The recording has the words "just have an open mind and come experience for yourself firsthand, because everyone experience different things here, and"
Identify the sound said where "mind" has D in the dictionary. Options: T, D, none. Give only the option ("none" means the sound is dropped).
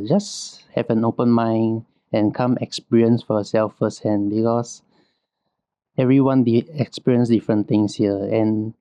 none